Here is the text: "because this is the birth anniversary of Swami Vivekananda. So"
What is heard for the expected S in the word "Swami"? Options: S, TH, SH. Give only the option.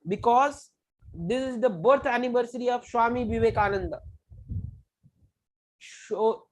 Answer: SH